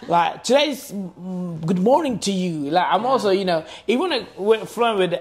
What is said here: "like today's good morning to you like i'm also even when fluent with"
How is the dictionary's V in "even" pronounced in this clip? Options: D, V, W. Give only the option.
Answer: W